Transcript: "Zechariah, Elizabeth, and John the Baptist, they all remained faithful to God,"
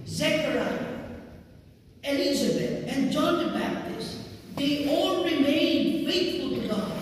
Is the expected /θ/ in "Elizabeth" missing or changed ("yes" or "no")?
yes